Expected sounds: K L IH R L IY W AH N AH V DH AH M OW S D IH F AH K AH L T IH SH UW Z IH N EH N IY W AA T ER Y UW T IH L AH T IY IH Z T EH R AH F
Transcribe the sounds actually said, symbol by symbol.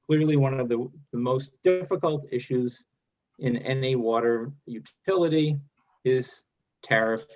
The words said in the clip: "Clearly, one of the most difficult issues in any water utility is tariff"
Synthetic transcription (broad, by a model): K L IH R L IY W AH N AH V DH AH M OW S D IH F AH K AH L T IH SH UW Z IH N EH N IY W AA T ER Y UW T IH L AH T IY IH Z T EH R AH F